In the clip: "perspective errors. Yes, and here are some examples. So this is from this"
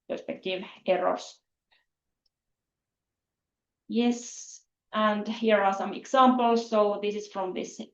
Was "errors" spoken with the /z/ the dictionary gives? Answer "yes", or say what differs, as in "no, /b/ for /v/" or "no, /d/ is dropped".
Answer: no, /s/ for /z/